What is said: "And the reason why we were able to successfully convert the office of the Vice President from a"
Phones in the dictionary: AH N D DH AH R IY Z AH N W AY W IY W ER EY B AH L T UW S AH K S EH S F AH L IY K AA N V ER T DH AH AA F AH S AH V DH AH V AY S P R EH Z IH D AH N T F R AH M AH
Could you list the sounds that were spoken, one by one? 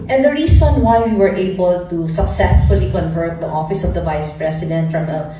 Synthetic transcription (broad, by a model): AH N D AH R IY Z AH N W AY W IY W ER EY B AH L T UW S AH K S EH S F AH L IY K AA N V ER T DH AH AA F AH S AH V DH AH V AY S P R EH S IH D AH N T F R AH M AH